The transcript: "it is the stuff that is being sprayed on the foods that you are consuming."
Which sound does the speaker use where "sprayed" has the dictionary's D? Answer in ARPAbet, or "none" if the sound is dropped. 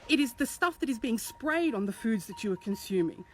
D